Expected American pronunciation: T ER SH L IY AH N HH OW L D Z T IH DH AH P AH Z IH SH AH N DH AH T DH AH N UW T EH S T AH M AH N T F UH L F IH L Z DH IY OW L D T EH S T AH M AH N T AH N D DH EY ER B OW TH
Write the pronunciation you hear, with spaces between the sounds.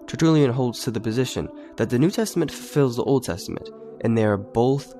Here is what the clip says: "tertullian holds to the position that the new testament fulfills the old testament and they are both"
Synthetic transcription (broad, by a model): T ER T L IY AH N HH OW L D Z T IH DH AH P AH Z IH SH AH N DH AH T DH AH N UW T EH S T AH M AH N T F F IH L Z DH IY OW L D T EH S T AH M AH N T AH N DH EY ER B OW TH